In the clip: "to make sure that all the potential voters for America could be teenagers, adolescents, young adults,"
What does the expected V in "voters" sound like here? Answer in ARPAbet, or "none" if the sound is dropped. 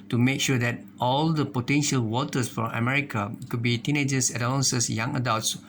W